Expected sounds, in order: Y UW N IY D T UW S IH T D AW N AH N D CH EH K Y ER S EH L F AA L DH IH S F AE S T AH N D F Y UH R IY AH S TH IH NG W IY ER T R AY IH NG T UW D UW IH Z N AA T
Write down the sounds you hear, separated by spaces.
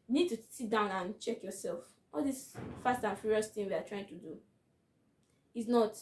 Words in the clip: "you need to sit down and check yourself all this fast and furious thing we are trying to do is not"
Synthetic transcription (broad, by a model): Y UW N IY D T UW S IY T D AW N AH N CH EH K Y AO S EH L F AA L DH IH S F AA S T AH N F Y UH R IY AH S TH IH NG W IY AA T R AY IH NG T UW D UW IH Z N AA T